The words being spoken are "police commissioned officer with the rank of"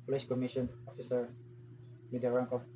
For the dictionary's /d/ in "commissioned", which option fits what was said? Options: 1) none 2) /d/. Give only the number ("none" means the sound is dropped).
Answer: 1